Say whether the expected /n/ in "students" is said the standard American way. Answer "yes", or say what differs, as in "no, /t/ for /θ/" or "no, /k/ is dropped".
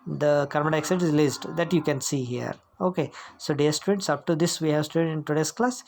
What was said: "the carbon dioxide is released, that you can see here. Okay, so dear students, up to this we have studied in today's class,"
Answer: no, /n/ is dropped